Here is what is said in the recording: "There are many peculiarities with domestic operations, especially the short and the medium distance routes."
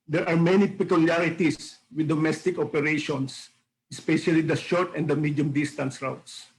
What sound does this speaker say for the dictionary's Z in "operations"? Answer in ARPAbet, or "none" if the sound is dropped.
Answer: S